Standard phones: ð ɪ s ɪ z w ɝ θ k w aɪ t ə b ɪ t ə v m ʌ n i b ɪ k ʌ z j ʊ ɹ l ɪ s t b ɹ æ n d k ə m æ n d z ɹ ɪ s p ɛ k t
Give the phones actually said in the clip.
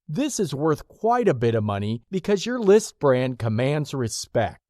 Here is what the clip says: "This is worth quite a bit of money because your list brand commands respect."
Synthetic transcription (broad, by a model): ð ɪ s ɪ z w ɝ θ k w aɪ t ə b ɪ t ə v m ʌ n i b ɪ k ʌ z j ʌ ɹ l ɪ s t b ɹ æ n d k ə m æ n d z ɹ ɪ s p ɛ k t